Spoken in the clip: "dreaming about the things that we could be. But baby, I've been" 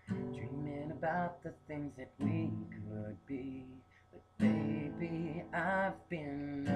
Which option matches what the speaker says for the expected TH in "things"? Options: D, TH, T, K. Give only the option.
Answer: TH